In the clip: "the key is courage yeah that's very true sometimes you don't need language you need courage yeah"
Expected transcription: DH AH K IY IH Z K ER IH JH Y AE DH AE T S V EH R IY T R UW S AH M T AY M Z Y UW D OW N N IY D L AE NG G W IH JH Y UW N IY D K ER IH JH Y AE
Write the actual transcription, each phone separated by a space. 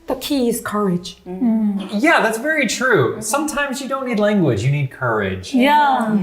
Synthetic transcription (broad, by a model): DH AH K IY IH Z K ER IH JH Y AE DH AE T S V EH R IY T R UW S AH M T AY M Z Y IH D OW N N IY D L AE NG G W IH JH Y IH N IY D K ER IH JH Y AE